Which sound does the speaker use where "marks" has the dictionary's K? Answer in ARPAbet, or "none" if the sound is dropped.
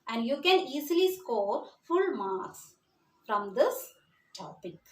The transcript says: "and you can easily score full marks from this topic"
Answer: none